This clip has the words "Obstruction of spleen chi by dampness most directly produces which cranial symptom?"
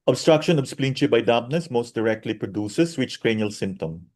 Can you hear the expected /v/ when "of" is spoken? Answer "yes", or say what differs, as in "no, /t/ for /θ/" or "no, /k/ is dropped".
no, /b/ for /v/